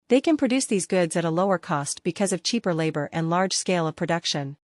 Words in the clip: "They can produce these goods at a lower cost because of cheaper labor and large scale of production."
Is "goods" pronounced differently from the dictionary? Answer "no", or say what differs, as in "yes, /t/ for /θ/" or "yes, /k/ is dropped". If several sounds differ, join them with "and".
no